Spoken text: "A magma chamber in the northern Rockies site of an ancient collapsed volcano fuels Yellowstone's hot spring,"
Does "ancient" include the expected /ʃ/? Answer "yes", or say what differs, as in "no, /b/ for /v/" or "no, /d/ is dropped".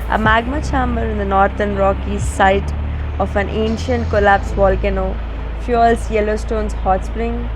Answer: yes